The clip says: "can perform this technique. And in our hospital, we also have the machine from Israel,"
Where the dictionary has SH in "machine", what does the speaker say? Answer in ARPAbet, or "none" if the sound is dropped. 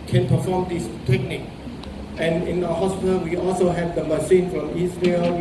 S